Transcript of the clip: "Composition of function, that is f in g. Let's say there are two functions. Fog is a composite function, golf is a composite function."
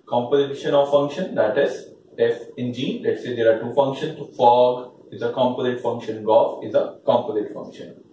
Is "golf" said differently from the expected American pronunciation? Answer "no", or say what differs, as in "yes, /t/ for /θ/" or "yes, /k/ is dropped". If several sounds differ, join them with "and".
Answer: yes, /l/ is dropped